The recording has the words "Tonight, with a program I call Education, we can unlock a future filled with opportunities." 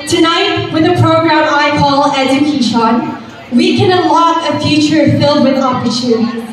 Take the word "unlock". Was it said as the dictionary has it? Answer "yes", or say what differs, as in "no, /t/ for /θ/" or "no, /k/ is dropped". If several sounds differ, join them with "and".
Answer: no, /n/ is dropped